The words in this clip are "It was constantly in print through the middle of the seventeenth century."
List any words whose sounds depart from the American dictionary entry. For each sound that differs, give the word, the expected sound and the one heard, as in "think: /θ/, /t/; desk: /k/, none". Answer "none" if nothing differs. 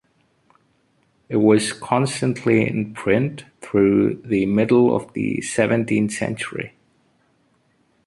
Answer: none